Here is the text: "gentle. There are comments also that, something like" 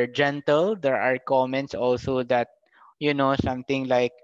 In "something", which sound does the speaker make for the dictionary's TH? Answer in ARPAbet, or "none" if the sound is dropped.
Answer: T